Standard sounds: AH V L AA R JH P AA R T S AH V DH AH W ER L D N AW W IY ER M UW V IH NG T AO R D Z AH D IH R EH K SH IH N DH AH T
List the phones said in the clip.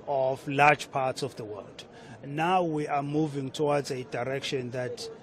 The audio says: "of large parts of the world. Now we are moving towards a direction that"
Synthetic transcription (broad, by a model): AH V L AA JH P AA T S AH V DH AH W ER L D N AW W IY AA M UW V IH NG T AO W D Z AH D IH R EH K SH IH N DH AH T